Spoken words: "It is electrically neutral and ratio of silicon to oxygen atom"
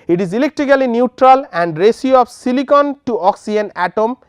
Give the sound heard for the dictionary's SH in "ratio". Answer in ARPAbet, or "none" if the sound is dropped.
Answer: S